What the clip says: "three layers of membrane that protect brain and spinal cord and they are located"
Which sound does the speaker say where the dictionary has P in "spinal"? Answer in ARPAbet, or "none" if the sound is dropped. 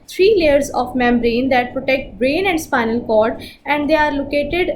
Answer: P